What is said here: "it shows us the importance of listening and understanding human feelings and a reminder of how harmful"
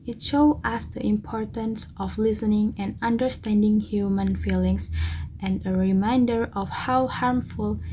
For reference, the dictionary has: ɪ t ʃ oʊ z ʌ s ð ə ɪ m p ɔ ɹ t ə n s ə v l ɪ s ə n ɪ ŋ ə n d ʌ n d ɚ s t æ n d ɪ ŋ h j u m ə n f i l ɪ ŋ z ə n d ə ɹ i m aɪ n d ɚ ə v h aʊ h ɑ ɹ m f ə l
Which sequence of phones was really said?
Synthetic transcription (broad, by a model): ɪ t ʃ oʊ ʌ s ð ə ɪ m p ɔ ɹ t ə n s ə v l ɪ s ə n ɪ ŋ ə n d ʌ n d ɚ s t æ n d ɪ ŋ h j u m ə n f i l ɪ ŋ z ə n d ə ɹ i m aɪ n d ɚ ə f h aʊ h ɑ ɹ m f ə l